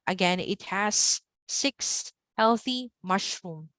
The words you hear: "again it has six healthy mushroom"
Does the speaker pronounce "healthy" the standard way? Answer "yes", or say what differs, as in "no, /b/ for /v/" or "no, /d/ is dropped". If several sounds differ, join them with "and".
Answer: yes